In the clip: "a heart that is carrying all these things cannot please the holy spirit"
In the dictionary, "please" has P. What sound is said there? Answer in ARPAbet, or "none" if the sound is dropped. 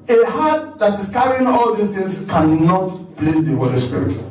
B